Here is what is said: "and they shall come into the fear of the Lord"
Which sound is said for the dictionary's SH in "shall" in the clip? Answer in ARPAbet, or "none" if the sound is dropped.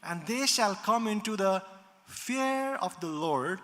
SH